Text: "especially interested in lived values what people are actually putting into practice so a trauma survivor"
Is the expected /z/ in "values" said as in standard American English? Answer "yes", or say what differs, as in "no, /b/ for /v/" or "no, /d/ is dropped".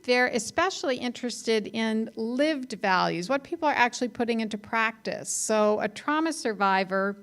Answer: yes